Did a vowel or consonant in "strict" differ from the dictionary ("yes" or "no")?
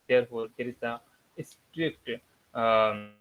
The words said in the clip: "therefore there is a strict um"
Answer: no